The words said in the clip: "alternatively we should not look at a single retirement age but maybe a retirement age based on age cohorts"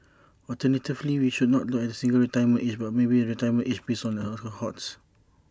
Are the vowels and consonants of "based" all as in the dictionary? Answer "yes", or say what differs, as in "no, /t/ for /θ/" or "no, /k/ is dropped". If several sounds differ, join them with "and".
no, /t/ is dropped